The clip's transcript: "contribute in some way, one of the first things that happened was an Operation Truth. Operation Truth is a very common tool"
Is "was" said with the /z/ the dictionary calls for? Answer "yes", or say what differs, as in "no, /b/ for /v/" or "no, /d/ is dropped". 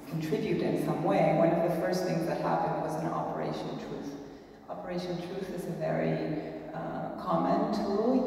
yes